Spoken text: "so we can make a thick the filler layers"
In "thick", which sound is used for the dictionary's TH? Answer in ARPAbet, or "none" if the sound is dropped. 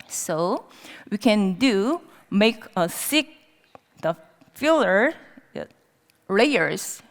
S